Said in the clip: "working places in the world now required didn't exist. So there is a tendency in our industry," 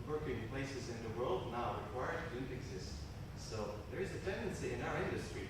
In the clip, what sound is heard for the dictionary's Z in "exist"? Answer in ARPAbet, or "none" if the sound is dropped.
Z